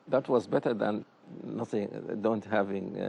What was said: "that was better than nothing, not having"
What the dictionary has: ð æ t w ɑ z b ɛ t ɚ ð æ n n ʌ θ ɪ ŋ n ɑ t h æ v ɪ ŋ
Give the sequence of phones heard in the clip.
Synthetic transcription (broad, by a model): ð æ t w ɑ z b ɛ t ɚ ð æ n n ʌ θ ɪ ŋ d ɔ t h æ v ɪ ŋ